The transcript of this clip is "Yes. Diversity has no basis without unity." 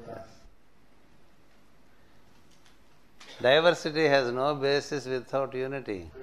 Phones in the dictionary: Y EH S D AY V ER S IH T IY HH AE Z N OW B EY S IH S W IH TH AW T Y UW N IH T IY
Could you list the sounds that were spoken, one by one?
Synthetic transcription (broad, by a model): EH D AY V ER S IH T IY HH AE Z N OW B EY S IH S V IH T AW T Y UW N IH T IY